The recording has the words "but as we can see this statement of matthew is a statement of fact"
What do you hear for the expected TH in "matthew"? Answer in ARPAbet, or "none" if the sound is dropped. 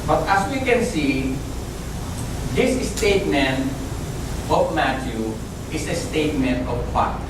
T